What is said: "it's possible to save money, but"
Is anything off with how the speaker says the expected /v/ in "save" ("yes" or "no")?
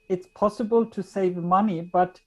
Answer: no